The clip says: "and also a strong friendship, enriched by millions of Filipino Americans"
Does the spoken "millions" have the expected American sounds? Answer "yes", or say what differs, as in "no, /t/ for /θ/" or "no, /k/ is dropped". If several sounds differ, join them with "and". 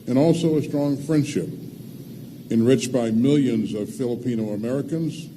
yes